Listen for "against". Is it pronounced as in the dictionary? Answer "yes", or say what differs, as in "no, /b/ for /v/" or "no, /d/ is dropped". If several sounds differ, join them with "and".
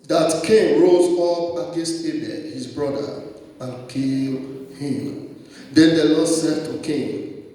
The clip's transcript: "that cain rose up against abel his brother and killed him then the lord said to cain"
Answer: no, /n/ is dropped